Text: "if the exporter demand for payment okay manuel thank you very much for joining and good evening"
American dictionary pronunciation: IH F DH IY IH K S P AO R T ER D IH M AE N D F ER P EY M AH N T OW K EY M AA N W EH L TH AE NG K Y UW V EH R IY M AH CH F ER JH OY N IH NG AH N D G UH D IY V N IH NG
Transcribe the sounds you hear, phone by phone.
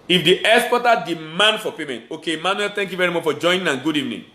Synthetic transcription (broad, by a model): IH F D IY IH S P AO T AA D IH M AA N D F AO P EY M AH N T OW K EY M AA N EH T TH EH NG K Y UW V EH R IY M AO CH F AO JH OY N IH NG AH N G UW D IY V N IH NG